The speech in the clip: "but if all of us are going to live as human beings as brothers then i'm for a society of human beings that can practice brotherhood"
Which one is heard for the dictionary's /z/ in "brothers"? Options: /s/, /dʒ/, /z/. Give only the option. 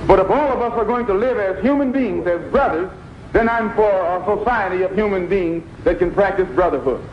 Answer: /z/